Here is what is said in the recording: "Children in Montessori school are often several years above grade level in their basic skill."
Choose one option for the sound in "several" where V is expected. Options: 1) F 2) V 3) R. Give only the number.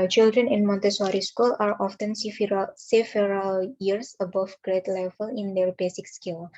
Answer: 1